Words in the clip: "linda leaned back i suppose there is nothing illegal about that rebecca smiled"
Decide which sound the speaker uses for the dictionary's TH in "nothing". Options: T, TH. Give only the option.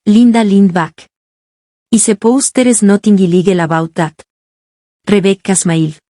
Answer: T